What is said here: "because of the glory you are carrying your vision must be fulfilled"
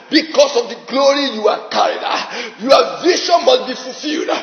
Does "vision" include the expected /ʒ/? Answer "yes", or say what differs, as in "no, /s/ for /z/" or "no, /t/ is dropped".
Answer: no, /ʃ/ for /ʒ/